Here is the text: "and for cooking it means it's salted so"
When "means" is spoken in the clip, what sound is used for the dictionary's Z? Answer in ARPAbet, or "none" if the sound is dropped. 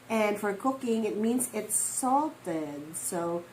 Z